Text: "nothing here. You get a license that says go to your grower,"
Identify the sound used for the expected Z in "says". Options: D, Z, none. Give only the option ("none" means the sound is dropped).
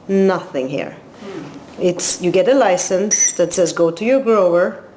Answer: Z